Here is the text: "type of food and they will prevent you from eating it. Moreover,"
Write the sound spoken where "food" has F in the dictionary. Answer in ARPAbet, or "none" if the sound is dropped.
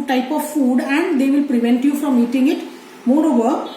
F